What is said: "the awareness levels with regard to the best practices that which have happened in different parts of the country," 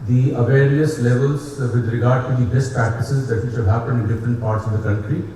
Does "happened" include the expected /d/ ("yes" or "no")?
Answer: no